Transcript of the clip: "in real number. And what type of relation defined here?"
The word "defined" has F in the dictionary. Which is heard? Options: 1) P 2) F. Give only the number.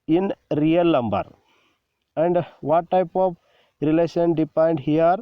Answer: 1